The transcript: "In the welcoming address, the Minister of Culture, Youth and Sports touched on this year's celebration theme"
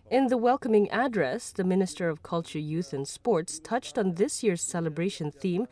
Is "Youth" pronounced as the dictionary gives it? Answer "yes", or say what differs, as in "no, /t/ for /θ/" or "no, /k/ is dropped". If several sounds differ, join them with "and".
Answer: yes